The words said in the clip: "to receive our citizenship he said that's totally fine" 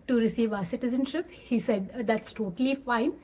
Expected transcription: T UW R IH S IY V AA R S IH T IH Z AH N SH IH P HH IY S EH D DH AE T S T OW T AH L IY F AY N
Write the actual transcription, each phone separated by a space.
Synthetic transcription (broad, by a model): T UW R IH S IY V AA S IH T IH Z AH N SH IH P HH IY S EH D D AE T S T OW T AH L IY F AY N